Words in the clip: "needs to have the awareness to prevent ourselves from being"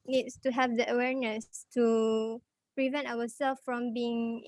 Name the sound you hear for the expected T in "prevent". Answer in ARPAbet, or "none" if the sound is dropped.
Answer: T